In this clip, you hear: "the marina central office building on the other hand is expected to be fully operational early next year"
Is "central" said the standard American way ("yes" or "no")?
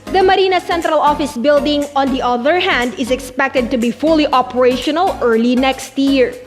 yes